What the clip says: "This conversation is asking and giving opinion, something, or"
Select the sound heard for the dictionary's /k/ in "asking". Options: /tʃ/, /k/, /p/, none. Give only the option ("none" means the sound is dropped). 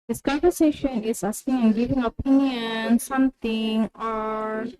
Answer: none